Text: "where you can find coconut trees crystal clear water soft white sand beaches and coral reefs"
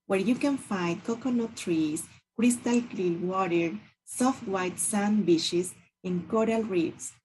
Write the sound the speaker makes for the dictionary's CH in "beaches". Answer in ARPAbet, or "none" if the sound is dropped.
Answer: SH